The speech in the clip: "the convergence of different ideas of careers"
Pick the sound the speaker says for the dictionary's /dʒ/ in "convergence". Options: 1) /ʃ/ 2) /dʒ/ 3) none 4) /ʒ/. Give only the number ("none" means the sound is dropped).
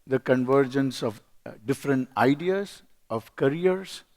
2